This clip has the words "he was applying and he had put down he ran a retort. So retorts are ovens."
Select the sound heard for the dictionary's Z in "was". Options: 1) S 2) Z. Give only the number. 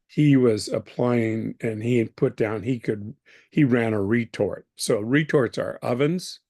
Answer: 2